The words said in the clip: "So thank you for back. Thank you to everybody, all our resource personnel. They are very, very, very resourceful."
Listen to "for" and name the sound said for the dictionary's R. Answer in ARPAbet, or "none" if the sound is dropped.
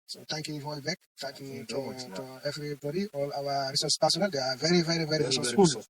L